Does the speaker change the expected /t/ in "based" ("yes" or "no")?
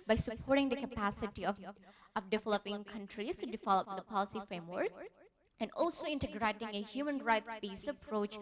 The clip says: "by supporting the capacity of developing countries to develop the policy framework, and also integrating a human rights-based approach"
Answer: yes